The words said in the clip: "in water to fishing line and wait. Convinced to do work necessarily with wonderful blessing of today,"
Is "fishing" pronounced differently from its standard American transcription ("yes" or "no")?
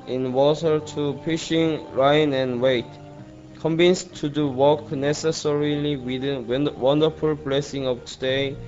yes